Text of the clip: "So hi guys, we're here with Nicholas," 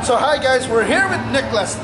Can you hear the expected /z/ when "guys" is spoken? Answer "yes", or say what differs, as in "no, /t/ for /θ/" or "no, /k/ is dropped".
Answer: yes